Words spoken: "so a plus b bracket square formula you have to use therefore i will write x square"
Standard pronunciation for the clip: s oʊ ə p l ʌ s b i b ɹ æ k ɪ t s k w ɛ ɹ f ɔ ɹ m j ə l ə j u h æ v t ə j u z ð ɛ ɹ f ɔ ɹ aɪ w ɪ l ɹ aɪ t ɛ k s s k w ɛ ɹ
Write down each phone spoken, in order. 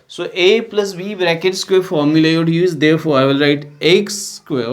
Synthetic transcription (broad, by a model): s oʊ ə p l ʌ s b i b ɹ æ k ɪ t s k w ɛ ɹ f ɔ ɹ m j ə l ə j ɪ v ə j u z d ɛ ɹ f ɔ ɹ aɪ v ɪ l ɹ aɪ t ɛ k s s k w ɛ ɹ